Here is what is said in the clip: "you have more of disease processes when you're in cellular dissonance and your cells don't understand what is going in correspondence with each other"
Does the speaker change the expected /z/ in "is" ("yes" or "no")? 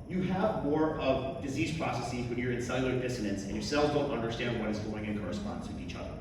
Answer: no